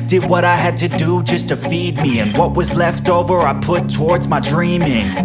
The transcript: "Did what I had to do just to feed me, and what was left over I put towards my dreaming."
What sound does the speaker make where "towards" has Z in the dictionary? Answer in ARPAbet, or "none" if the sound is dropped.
Z